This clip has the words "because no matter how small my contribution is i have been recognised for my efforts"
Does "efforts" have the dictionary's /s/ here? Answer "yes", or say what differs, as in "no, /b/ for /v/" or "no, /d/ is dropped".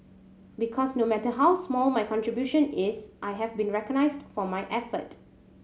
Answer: no, /s/ is dropped